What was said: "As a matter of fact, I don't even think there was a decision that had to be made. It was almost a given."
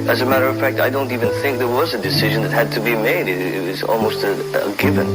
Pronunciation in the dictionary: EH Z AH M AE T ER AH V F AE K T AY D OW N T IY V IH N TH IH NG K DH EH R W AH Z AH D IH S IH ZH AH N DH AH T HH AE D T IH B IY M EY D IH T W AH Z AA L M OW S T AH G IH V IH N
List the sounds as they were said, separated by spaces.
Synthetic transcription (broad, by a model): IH Z AH M AE T ER AH V F AE K T AY D OW N T IY V IH N TH IH NG K DH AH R W AH Z AH D IH S IH ZH AH N DH AH T HH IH D T IH B IY M EY D IH T W AH Z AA L M OW S T AH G IH V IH N